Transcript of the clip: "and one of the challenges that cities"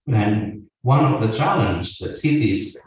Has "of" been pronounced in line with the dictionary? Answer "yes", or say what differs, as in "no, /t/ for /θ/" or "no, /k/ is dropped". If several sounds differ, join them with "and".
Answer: yes